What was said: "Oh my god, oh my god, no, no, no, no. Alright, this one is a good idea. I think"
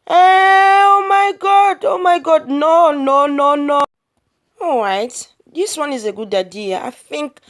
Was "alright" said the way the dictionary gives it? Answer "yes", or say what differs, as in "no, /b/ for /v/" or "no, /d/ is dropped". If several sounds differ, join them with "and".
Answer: no, /l/ is dropped